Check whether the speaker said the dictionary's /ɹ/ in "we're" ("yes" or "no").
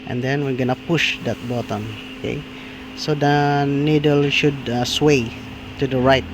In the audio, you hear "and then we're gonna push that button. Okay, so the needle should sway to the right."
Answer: yes